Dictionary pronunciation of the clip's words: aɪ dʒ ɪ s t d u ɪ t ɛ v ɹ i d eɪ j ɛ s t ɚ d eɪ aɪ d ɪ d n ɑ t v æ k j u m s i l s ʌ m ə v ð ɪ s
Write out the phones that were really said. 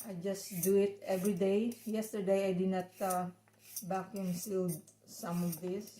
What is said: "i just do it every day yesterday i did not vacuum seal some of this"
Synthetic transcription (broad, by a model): aɪ dʒ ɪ s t d u ɪ t ɛ v ɹ i d eɪ j ɛ s t ɚ d eɪ aɪ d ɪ n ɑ t b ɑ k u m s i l s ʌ m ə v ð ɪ s